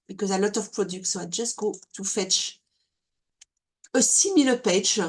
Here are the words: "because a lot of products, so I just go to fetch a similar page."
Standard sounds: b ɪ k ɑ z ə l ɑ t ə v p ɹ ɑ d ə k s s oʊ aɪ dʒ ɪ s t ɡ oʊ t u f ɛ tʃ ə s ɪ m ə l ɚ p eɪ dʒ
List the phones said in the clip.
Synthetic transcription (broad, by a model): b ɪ k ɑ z ə l ɑ t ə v p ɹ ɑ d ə k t s oʊ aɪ dʒ ɪ s t ɡ oʊ t u f ɛ tʃ ə s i m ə l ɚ p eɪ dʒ